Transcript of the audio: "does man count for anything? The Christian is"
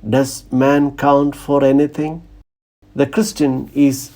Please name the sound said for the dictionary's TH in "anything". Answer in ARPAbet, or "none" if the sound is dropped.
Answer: T